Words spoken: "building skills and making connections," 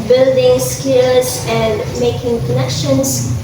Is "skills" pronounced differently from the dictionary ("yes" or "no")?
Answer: yes